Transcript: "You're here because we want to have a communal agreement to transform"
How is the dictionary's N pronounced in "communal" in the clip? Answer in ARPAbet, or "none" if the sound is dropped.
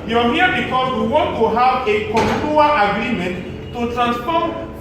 none